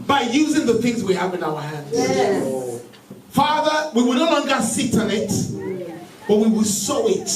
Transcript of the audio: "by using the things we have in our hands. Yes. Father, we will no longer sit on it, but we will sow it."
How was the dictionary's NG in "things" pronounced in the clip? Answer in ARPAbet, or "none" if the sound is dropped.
NG